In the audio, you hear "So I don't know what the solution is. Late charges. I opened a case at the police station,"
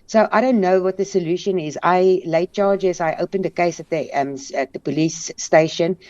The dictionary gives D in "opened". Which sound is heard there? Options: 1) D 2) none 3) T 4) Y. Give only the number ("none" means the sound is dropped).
1